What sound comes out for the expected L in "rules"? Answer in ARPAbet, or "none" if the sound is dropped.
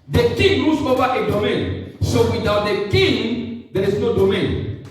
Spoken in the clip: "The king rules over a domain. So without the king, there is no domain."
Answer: none